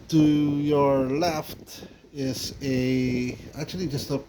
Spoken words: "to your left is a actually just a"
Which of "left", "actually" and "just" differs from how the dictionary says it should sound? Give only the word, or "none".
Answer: none